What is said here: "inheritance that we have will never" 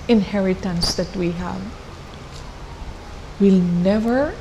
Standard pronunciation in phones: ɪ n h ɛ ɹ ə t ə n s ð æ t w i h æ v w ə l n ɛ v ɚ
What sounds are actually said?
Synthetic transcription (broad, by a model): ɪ n h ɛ ɹ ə t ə n s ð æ t w i h æ v w ə l n ɛ v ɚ